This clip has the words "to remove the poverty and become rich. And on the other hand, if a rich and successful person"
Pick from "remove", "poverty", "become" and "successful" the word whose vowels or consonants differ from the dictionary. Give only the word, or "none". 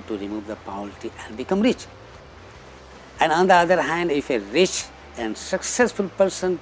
poverty